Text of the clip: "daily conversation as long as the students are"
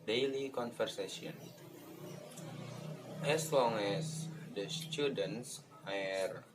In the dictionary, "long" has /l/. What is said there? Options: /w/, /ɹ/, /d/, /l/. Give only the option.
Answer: /l/